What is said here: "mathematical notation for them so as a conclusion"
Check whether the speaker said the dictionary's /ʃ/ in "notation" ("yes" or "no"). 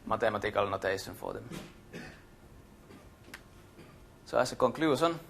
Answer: no